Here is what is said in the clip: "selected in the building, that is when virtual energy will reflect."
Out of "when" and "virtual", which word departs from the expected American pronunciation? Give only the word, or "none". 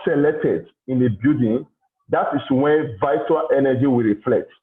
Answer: virtual